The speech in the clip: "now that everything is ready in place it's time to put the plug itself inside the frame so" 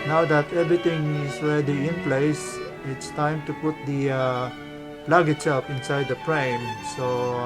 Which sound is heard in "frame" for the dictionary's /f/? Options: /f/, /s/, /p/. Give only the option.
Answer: /p/